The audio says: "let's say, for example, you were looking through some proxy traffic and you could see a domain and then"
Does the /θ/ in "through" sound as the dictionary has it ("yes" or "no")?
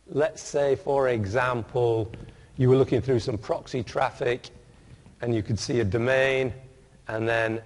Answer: yes